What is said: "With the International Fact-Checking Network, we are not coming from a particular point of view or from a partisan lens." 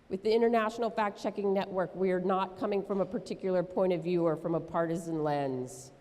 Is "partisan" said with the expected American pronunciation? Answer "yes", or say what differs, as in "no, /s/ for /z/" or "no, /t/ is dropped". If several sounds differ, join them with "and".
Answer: yes